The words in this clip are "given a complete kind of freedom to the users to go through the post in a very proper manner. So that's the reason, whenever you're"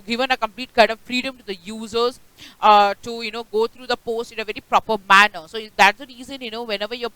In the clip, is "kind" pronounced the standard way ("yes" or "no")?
no